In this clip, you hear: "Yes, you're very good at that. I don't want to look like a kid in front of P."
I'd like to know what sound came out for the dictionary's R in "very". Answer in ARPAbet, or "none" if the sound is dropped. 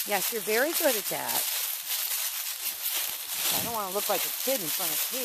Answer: R